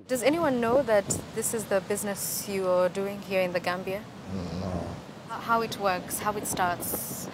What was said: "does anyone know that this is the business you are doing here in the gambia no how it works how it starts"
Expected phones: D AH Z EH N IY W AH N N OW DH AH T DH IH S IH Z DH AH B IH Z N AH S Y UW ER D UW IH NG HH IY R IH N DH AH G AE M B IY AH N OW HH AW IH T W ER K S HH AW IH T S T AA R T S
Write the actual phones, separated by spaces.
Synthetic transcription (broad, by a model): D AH Z EH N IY W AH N N OW DH AH T DH IH S IH Z DH AH B IH Z N AH S Y UW ER D UW IH NG HH IY R IH N DH AH G AE M B IY AH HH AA HH AW IH T W ER K S HH AW IH T S T AA R T S